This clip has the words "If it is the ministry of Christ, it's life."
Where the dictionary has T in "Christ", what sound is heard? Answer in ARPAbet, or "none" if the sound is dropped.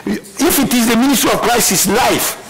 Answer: none